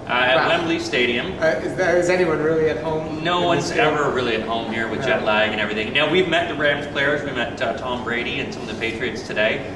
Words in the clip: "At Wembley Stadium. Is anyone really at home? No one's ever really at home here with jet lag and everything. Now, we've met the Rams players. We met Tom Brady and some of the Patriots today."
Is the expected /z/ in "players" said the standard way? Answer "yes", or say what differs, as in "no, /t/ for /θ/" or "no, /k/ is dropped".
yes